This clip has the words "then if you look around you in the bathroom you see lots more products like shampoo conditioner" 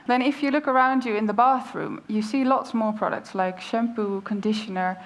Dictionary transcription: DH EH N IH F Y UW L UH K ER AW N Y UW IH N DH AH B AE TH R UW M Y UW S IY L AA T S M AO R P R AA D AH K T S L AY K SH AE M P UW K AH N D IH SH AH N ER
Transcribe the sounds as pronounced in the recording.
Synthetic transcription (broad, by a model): DH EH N IH F Y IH L UH K ER AW N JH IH IH N DH AH B AE TH R UW M Y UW S IY L AA T S M AO R P R AA D AH K T S L AY K SH AE M P UW K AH N D IH SH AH N ER